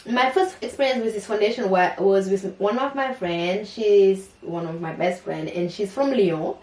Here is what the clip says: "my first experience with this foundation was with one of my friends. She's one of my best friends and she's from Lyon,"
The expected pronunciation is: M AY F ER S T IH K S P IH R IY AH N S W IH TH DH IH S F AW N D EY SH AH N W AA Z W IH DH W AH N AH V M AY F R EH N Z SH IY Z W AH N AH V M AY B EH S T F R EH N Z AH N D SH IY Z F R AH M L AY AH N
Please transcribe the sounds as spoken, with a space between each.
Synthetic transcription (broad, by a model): M AY F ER S T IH K S P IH R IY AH N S W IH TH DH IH S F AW N D EY SH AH N W AA Z W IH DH W AH N AH V M AY F R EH N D SH IY Z W AH N AH V M AY B EH S T F R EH N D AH N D SH IY Z F R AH M L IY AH